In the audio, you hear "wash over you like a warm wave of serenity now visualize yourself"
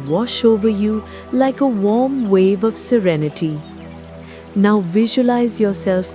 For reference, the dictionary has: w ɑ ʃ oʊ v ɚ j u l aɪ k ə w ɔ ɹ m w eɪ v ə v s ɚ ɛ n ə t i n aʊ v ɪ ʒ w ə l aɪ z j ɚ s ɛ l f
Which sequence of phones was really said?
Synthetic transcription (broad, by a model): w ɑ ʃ oʊ v ɚ j u l aɪ k ə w ɔ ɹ m w eɪ v ə v s ɚ ɛ n ə t i n aʊ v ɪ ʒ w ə l aɪ z j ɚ s ɛ l f